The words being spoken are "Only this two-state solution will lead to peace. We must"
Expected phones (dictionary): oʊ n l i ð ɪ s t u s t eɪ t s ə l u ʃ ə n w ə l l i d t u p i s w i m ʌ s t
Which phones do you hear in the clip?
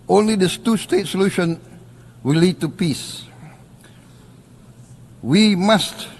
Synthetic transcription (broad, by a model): oʊ n l i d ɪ s t u s t eɪ t s ə l u ʃ ə n w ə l l i d t u p i s w i m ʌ s t